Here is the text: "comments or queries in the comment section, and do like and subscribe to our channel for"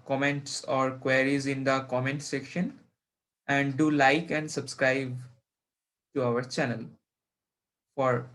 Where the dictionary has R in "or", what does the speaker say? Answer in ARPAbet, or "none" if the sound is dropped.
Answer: R